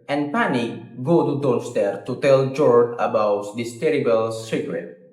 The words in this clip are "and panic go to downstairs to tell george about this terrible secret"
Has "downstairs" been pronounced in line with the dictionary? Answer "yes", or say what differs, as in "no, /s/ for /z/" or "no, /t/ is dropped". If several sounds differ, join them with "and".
no, /l/ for /n/ and /z/ is dropped